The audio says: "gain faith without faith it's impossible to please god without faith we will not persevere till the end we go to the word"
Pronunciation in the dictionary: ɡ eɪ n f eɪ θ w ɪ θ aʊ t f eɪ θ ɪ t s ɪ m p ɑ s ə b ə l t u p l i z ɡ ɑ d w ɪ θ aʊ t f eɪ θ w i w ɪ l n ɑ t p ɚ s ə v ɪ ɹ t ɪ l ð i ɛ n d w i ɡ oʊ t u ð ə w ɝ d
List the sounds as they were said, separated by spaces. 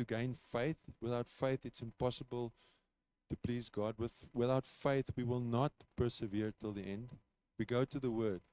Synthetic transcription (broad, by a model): ɡ eɪ n f eɪ θ w ɪ θ aʊ t f eɪ θ ɪ t s ɪ m p ɑ s ə b ə l t u p l i z ɡ ɑ d w ɪ θ aʊ t f eɪ θ w i w ɪ l n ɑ t p ɚ s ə v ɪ ɹ t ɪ l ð i ɛ n d w i ɡ oʊ t u ð ə w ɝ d